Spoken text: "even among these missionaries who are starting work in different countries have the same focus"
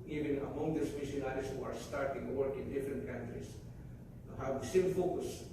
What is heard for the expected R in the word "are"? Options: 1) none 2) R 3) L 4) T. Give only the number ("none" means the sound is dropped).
2